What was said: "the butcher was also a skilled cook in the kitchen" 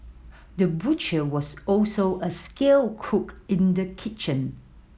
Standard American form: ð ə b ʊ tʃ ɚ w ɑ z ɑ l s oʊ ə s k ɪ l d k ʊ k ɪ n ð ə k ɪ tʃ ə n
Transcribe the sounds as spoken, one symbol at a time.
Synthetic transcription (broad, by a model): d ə b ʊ tʃ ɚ w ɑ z ɑ l s oʊ ə s k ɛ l k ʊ k ɪ n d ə k ɪ tʃ ə n